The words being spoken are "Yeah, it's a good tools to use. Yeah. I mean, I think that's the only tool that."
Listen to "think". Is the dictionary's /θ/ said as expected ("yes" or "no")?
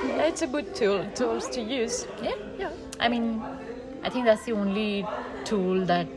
no